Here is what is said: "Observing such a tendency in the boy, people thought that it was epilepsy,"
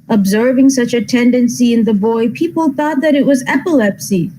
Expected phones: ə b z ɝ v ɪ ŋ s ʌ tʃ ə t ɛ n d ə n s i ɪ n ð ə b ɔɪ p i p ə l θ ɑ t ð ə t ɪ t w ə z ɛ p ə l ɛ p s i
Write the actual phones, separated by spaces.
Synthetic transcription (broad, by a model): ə b z ɝ v ɪ ŋ s ʌ tʃ ə t ɛ n d ə n s i ɪ n ð ə b ɔɪ p i p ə l θ ɑ t ð ə t ɪ t w ə z ɛ p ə l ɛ p s i